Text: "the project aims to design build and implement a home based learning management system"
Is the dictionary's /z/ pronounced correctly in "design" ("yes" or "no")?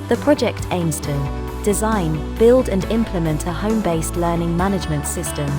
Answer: yes